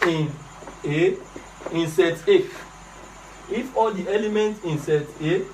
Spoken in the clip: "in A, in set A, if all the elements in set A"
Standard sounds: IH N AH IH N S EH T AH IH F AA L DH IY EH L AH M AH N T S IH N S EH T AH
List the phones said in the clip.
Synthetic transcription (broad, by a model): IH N AH IH N S EH T AH IH F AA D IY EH L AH M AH N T IH N S EH T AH